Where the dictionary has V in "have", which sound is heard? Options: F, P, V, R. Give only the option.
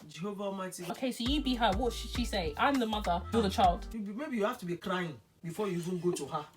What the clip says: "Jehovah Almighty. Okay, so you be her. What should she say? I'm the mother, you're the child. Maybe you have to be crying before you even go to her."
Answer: F